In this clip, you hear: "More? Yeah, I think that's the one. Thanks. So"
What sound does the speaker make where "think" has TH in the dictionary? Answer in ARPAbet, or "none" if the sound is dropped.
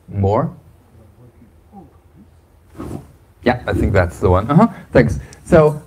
TH